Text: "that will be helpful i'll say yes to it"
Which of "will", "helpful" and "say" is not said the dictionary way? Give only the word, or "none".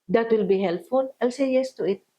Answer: helpful